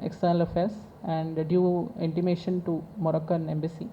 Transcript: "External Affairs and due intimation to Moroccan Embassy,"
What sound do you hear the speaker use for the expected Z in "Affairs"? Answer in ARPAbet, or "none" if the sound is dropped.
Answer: S